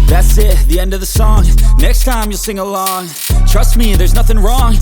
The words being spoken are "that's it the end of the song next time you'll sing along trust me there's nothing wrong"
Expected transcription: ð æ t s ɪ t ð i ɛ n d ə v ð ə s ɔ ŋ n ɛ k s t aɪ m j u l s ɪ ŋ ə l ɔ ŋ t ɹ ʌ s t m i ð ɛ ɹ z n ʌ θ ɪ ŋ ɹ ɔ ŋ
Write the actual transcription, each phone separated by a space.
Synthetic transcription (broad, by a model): ð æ t s ɪ t ð i ɛ n d ə v ð ə s ɔ ŋ n ɛ k s t aɪ m j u l s ɪ ŋ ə l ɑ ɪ t ɹ ʌ s t m i ð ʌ ɹ z n ʌ θ ɪ ŋ ɹ ɔ ŋ